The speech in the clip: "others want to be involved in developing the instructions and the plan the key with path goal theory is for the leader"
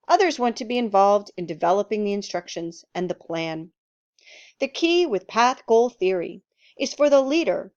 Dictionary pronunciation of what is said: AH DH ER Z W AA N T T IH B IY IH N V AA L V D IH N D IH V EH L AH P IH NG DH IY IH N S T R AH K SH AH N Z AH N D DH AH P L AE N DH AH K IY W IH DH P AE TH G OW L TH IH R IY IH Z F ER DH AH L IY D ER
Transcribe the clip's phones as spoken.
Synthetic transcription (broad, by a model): AH DH ER Z W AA N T T IH B IY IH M V AA L V D IH N D IH V EH L AH P IH NG DH IY IH N S T R AH K SH AH N Z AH N DH AH P L AE N DH AH K IY W IH DH P AE TH G OW L TH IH R IY IH Z F ER DH AH L IY D ER